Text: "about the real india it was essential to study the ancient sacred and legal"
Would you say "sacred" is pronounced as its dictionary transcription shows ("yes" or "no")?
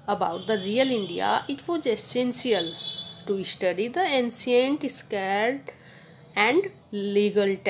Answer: no